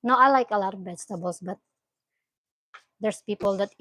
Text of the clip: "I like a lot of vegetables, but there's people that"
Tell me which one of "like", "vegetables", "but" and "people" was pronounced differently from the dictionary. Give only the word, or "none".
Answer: vegetables